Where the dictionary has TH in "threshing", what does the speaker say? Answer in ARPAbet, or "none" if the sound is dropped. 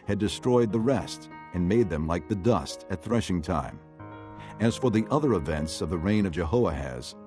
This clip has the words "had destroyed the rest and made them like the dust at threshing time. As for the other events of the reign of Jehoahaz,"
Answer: TH